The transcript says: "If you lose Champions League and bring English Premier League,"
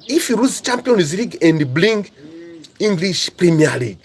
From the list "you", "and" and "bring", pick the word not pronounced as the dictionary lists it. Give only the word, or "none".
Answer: bring